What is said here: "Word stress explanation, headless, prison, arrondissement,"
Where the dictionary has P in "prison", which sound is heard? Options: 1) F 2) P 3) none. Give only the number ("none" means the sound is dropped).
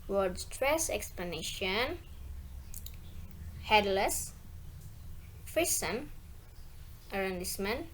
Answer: 1